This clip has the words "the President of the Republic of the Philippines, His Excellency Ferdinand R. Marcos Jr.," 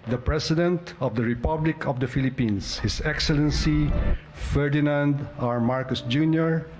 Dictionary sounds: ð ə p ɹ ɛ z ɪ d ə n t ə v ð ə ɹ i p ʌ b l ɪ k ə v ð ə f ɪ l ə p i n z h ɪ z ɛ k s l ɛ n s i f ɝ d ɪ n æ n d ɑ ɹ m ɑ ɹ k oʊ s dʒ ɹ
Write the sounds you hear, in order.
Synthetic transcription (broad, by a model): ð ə p ɹ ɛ s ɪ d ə n t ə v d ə ɹ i p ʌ b l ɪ k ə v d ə f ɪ l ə p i n s h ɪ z ɛ k s l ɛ n s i f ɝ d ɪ n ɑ n d ɑ ɹ m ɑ ɹ k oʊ s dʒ ɹ